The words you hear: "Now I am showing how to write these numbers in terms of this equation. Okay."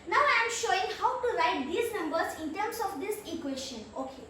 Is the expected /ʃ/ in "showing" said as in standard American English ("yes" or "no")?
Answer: yes